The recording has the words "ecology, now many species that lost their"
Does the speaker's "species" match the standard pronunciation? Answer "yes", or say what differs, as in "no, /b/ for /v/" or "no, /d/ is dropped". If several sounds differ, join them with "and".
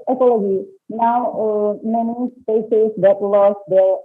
no, /s/ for /ʃ/